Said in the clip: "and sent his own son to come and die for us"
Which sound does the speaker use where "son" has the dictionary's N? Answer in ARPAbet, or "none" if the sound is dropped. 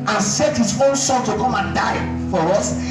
L